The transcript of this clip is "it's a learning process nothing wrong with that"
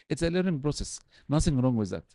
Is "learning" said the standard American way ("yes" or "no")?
no